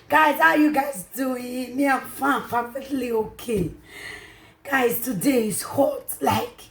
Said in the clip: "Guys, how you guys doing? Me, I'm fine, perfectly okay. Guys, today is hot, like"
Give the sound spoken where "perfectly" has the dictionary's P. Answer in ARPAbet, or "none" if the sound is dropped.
F